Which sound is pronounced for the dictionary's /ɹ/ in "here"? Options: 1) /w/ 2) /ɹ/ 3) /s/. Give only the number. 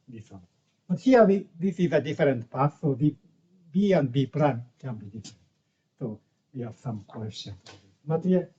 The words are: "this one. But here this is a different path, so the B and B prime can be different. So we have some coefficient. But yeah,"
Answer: 1